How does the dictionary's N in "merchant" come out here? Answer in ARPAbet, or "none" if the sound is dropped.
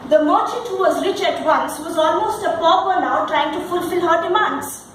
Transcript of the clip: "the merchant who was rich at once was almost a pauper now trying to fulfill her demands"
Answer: none